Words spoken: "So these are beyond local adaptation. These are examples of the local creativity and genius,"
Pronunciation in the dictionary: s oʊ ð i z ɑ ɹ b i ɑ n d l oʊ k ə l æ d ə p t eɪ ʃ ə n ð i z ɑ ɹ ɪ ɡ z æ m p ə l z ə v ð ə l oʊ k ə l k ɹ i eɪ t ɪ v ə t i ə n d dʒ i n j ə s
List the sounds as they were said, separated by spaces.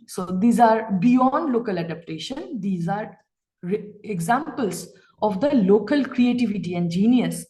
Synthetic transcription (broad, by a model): s oʊ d i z ɑ ɹ b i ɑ n d l oʊ k ə l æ d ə p t eɪ ʃ ə n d i z ɑ ɹ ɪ ɡ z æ m p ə l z ə v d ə l oʊ k ə l k ɹ i eɪ t ɪ v ə t i ə n d dʒ i n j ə s